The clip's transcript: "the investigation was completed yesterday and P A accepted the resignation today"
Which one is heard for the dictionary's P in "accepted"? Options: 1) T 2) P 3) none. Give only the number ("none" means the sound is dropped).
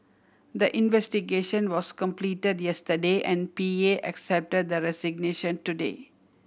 2